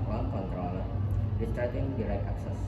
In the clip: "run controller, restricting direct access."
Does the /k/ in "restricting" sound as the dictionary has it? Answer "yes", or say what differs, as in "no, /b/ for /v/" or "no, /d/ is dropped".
no, /k/ is dropped